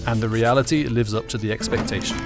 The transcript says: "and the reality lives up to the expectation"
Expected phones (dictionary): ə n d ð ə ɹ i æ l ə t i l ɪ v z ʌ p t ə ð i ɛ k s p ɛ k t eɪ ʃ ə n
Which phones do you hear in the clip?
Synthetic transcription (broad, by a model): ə n ð ə ɹ i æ l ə t i l ɪ v z ʌ p t ə ð i ɛ k s p ɛ k t eɪ ʃ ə n